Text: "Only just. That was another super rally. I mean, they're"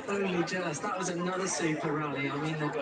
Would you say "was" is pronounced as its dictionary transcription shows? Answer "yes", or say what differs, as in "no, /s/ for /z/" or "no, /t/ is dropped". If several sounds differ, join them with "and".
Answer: yes